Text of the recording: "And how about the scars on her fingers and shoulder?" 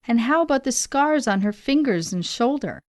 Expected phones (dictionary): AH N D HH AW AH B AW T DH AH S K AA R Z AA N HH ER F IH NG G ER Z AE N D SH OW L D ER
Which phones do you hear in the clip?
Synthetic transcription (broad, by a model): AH N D HH AW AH B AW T DH AH S K AA R Z N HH ER F IH NG G ER Z N SH OW L D ER